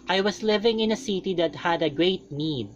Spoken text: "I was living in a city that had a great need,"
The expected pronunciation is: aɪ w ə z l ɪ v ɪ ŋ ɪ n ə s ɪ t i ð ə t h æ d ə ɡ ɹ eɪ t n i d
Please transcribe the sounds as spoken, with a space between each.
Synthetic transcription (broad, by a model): aɪ w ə s l ɪ v ɪ ŋ ɪ n ə s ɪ t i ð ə t h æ d ə ɡ ɹ eɪ t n i d